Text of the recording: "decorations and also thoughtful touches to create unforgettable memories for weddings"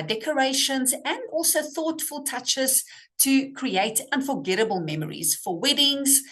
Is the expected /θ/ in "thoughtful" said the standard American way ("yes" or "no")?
yes